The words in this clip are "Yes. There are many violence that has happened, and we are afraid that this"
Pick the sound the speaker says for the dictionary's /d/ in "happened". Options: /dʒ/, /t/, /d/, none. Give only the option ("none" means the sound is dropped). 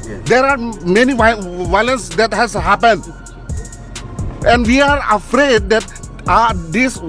/d/